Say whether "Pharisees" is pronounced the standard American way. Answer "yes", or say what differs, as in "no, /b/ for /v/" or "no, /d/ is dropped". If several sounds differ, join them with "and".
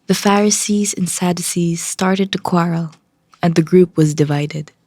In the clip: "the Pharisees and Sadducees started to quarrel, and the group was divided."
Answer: yes